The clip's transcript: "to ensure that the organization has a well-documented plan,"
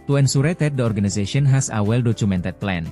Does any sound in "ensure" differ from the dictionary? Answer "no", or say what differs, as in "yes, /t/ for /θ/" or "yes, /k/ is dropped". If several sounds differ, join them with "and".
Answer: yes, /s/ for /ʃ/